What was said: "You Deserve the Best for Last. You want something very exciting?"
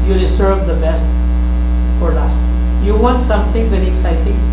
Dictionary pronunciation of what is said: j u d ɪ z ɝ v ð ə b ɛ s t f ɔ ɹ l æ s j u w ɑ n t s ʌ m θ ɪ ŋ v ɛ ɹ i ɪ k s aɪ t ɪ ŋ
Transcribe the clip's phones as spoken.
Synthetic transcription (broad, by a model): j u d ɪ s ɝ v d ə b ɛ s t f ɔ ɹ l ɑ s j u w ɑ n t s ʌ m t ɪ ŋ v ɛ ɹ i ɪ k s aɪ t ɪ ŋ